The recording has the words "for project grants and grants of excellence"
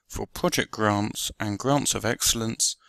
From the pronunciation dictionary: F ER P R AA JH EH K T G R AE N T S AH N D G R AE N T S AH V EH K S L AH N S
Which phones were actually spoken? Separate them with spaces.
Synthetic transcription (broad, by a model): F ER P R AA JH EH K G R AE N T S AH N G R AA N T S AH V EH K S L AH N S